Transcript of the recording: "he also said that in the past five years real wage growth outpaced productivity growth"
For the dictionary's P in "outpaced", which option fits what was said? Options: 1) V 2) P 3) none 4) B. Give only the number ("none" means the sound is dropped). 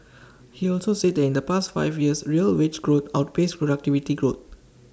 4